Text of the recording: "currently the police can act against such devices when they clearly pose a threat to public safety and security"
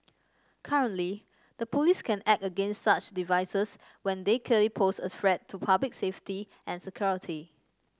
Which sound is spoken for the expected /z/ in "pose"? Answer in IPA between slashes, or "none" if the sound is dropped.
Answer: /s/